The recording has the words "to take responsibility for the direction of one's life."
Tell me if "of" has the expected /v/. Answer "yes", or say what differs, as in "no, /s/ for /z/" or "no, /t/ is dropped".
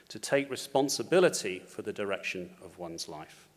yes